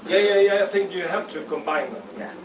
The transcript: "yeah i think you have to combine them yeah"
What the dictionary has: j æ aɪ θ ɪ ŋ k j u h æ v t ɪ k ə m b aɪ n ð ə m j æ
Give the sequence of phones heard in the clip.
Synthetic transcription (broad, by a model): j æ aɪ θ ɪ ŋ k j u h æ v t ɪ k ə m b aɪ n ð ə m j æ